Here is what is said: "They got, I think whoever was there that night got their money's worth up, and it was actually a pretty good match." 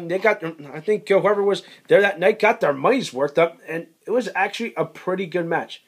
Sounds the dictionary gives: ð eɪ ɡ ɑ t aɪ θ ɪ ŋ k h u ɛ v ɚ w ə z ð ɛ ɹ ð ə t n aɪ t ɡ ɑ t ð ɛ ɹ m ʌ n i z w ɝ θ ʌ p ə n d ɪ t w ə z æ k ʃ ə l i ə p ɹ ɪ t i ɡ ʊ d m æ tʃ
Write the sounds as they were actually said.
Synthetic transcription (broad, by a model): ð eɪ ɡ ɑ t aɪ θ ɪ ŋ k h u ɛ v ɚ w ə z ð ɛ ɹ ð ə t n aɪ t ɡ ɑ t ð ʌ ɹ m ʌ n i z w ɝ t ʌ p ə n ɪ t w ə z æ k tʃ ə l i ə p ɹ ɪ t i ɡ ʊ d m æ tʃ